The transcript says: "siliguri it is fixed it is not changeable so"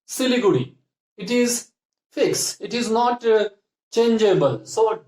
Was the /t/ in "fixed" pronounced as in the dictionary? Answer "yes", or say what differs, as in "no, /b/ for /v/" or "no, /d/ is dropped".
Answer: no, /t/ is dropped